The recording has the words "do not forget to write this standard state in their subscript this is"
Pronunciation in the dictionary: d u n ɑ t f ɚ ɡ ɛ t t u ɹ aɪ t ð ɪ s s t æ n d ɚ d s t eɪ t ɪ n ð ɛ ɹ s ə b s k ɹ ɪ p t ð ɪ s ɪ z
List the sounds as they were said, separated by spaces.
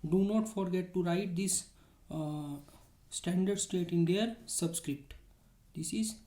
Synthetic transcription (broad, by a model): d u n ɑ t f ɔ ɡ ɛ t t u ɹ aɪ t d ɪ s s t æ n d ɚ d s t eɪ t ɪ n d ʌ ɹ s ə b s k ɹ ɪ p t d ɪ s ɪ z